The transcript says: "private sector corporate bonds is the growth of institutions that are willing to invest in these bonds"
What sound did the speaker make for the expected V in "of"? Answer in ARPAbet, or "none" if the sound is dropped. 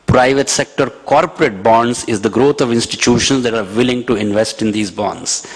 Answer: V